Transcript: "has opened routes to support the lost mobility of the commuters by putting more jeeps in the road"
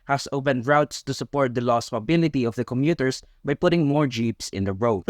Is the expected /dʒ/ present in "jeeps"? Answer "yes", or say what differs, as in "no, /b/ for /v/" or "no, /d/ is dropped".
yes